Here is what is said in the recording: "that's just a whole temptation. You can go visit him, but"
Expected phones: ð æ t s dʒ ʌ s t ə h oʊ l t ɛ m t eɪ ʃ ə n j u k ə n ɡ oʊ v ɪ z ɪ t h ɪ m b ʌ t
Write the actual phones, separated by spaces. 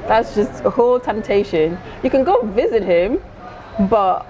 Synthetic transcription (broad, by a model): ð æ t s dʒ ʌ s t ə h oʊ l t ɛ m t eɪ ʃ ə n j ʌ k ə n ɡ oʊ v ɪ z ɪ t h ɪ m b ʌ t